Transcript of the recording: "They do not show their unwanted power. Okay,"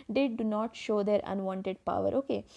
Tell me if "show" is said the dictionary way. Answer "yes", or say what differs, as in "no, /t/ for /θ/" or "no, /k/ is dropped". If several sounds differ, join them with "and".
yes